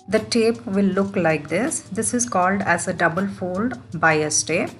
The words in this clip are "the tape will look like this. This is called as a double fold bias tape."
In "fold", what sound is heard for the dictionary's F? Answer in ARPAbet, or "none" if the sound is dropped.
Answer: F